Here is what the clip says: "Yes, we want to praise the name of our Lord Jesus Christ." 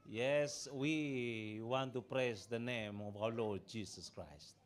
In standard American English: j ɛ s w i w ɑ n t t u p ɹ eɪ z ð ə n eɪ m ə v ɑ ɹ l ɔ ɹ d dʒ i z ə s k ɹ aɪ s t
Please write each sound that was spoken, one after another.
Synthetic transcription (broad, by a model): j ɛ s w i w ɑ n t t u p ɹ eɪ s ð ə n eɪ m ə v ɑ l ɔ ɹ d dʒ i s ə s k ɹ aɪ s t